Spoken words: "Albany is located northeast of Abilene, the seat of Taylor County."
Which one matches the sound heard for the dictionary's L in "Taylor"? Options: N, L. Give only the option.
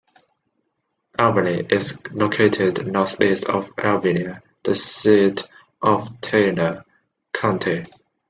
N